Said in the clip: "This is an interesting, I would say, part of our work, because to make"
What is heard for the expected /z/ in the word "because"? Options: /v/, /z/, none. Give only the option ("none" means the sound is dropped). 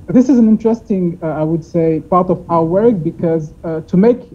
/z/